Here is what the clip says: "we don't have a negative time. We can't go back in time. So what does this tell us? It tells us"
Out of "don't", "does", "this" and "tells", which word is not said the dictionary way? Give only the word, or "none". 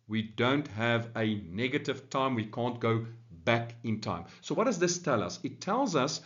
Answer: none